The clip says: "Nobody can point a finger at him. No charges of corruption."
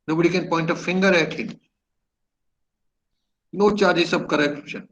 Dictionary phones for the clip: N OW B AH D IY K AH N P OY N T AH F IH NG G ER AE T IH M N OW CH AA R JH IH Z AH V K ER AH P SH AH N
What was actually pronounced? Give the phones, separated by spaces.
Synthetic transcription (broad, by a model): N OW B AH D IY K AH N P OY N T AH F IH NG G ER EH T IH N N OW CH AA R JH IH S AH B K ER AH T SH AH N